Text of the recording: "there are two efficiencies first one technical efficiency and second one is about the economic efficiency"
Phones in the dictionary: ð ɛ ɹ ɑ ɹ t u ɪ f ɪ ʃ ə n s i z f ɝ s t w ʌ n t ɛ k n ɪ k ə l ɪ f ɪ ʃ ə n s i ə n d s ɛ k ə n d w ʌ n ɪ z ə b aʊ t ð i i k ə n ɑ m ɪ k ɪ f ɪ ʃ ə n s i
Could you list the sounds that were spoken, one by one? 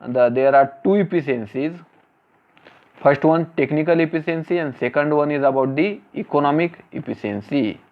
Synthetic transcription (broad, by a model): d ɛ ɹ ɑ ɹ t u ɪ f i s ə n s i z f ɝ s t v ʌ n t ɛ k n ɪ k ə l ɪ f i s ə n s i ə n d s ɛ k ə n d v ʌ n ɪ z ə b aʊ t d i i k ə n ɑ m ɪ k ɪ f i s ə n s i